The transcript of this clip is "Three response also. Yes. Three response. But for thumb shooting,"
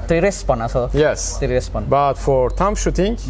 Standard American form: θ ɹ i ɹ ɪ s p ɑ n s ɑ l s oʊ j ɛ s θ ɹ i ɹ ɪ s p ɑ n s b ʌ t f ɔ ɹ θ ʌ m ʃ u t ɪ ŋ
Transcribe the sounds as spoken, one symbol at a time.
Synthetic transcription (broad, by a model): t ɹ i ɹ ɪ s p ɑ n ɑ s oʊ j ɛ s t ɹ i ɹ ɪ s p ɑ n b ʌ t f ɔ ɹ t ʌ m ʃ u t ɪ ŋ